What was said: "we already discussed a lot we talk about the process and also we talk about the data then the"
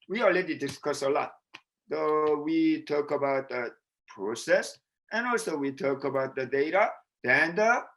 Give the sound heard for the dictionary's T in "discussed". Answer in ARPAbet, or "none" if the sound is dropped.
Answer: none